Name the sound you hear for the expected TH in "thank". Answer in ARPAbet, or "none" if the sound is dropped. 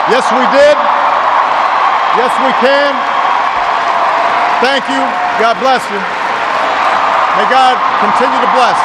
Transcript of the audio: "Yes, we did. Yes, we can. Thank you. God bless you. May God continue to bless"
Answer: TH